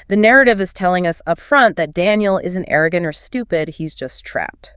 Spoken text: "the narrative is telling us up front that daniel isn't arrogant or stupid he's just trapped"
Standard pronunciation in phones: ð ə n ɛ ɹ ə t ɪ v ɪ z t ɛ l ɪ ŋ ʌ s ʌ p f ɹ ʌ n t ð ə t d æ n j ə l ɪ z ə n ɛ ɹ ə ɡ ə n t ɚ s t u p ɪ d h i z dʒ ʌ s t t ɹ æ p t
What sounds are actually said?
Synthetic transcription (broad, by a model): ð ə n ɛ ɹ ə t ɪ v ɪ z t ɛ l ɪ ŋ ʌ s ʌ p f ɹ ʌ n ð ə t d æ n j l ɪ z n ɛ ɹ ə ɡ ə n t ɚ s t u p ɪ d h i z dʒ ʌ s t t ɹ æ p t